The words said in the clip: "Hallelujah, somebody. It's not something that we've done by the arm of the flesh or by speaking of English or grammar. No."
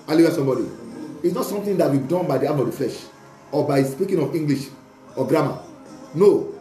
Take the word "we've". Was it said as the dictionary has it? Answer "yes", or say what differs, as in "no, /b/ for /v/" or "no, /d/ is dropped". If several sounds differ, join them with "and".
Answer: no, /b/ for /v/